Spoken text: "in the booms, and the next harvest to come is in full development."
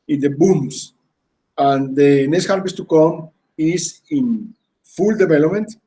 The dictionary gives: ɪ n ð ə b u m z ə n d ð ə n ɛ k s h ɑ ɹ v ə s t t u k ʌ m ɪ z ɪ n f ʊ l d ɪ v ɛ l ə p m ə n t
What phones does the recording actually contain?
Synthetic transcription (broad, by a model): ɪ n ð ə b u m s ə n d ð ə n ɛ k s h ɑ ɹ b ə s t t u k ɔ m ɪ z ɪ n f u l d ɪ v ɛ l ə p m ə n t